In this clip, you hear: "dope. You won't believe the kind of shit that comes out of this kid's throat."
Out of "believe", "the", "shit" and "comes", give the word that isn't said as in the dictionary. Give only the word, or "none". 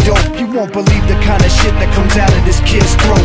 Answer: none